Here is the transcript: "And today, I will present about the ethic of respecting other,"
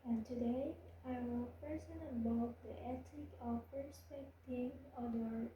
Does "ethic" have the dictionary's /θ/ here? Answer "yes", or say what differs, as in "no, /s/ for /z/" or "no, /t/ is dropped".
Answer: no, /t/ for /θ/